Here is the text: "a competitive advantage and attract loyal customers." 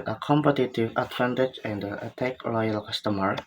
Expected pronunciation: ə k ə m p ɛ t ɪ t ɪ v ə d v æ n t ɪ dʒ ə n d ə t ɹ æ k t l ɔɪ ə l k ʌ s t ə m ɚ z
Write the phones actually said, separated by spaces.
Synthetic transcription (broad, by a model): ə k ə m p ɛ t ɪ t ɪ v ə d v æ n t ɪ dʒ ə n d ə t æ k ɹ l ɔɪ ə l k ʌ s t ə m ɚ